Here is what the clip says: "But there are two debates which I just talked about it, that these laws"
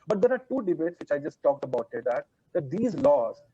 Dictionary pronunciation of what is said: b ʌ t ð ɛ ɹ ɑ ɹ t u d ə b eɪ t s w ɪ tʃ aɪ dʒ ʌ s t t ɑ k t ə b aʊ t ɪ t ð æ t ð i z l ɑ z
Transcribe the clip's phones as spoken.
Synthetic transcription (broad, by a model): b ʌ t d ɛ ɹ ɑ ɹ t u d ə b eɪ t s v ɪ tʃ aɪ dʒ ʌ s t t ɑ k t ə b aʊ t ɪ t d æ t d i z l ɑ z